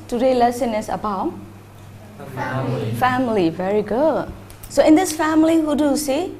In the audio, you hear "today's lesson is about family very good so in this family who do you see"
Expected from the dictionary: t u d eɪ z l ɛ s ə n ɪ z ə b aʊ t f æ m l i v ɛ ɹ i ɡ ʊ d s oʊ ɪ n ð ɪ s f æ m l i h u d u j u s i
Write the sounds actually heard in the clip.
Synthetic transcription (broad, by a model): t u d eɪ l ɛ s ə n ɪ s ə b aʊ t f æ m l i v ɛ ɹ i ɡ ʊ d s oʊ ɪ n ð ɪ s f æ m l i h u d u j u s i